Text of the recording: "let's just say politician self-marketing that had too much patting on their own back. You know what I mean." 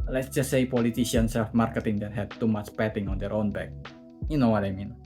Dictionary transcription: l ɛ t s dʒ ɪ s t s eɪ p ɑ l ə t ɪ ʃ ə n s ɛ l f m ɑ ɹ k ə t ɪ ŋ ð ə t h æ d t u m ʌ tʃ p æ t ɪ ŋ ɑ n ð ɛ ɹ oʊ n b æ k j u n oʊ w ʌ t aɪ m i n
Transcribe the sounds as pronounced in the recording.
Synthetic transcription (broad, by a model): l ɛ t s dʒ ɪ s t s eɪ p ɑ l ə t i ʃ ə n s ɛ l f m ɑ ɹ k ə t ɪ ŋ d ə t h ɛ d t u m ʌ tʃ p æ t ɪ ŋ ɑ n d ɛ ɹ oʊ n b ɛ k j u n oʊ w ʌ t aɪ m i n